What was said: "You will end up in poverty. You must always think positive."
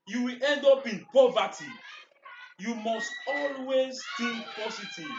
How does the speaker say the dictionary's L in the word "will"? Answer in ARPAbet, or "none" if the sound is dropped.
L